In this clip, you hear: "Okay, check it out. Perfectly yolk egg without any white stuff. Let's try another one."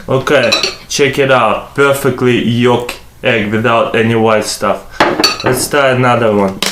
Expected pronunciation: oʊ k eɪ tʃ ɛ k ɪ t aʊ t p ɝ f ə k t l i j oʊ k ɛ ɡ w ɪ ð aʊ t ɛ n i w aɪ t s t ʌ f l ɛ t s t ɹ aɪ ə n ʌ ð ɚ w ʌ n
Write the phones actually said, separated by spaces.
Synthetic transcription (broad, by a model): oʊ k eɪ tʃ ɛ k ɪ t aʊ t p ɝ f ə k t l i j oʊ k ɛ ɡ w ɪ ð aʊ t ɛ n i w aɪ t s t ʌ f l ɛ t s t aɪ ə n ʌ ð ɚ w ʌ n